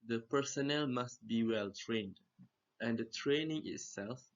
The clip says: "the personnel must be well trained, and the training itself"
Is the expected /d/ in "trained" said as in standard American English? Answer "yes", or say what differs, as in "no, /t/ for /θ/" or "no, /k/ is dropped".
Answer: yes